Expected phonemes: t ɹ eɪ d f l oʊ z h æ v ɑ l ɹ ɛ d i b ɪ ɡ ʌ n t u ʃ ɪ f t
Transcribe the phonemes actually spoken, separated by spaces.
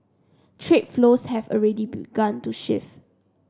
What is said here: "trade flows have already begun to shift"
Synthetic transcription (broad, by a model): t ɹ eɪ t f l oʊ s h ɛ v ɑ l ɹ ɛ d i b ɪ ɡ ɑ n t u ʃ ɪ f